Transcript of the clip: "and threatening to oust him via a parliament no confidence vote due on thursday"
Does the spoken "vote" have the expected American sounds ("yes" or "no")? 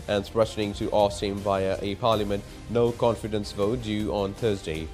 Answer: yes